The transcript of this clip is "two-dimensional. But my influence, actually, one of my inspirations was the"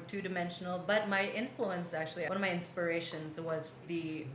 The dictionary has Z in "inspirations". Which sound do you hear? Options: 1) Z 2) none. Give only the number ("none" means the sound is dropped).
1